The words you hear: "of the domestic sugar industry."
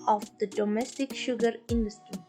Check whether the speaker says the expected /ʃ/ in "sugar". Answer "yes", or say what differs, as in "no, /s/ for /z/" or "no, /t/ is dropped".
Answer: yes